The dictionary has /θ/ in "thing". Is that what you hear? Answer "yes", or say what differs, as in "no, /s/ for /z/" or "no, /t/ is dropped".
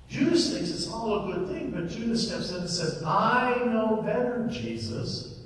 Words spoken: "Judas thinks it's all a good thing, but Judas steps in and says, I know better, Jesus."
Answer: yes